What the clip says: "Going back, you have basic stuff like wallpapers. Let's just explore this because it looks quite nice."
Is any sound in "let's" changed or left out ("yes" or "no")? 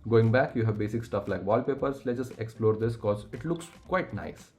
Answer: yes